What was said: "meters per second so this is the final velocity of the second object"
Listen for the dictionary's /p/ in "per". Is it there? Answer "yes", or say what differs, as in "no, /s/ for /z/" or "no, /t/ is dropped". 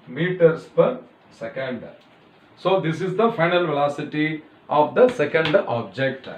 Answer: yes